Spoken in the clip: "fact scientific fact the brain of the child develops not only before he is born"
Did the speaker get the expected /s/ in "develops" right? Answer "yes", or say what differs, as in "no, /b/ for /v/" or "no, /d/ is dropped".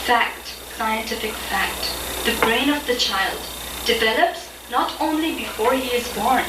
yes